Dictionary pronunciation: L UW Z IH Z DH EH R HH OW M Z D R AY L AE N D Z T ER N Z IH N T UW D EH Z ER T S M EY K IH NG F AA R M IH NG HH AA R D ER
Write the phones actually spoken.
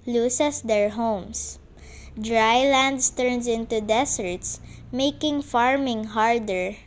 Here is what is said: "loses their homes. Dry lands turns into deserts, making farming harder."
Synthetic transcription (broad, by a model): L UW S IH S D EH R HH OW M S D R AY L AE N D S T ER N S IH N T UW D EH S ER T S M EY K IH NG F AA R M IH NG HH AA R D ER